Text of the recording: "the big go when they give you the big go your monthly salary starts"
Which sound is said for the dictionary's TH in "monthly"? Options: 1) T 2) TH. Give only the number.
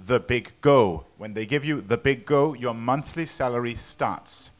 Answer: 2